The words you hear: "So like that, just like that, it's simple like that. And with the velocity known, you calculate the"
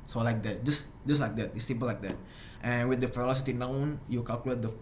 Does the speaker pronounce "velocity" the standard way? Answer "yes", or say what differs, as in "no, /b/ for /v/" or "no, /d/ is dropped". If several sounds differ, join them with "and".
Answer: no, /f/ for /v/